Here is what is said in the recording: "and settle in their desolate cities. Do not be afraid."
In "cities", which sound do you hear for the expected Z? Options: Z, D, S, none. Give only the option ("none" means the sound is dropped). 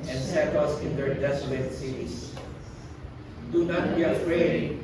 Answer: S